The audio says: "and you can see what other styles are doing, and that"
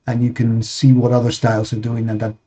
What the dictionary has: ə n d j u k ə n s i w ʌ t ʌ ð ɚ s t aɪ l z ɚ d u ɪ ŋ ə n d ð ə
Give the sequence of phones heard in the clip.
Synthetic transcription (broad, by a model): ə n j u k ə n s i w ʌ t ʌ ð ɚ s t aɪ l z ɚ d u ɪ ŋ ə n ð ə